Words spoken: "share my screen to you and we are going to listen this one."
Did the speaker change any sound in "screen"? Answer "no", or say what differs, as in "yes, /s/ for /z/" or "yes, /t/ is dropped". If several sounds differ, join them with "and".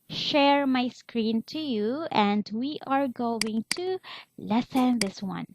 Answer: no